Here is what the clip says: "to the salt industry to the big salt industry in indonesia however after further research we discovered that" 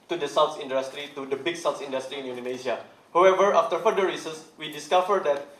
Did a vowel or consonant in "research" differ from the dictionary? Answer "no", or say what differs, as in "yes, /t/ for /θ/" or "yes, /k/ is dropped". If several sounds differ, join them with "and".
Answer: yes, /s/ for /tʃ/